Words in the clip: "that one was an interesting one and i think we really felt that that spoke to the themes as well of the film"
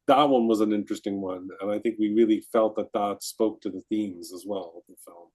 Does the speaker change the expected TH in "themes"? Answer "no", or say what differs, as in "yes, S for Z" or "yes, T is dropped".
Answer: no